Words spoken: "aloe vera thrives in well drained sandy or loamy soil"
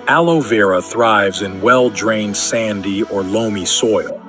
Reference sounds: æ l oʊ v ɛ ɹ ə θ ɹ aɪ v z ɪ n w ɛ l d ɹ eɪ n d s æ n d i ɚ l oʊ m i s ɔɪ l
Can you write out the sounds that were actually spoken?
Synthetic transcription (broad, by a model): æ l oʊ v ɛ ɹ ə θ ɹ aɪ v z ɪ n w ɛ l d ɹ eɪ n d s æ n d i ɚ l oʊ m i s ɔɪ l